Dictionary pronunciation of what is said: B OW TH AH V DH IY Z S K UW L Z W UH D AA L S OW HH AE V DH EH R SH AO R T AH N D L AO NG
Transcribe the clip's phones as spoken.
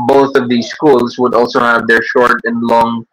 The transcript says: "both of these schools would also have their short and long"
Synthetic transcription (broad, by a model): B OW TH AH V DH IY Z S K UW L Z W UH D AA L S OW HH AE V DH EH R SH AO R T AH N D L AO NG